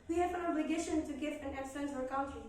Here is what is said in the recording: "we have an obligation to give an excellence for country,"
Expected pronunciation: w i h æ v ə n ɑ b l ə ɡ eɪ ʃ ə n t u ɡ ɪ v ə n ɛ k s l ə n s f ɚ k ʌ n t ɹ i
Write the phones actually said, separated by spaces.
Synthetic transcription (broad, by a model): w i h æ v ə n ɑ b l ə ɡ eɪ ʃ ə n t u ɡ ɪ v ə n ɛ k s ə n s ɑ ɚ k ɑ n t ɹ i